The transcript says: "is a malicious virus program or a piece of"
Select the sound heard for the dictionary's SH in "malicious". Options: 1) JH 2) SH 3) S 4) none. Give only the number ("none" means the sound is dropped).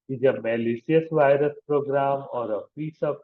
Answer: 3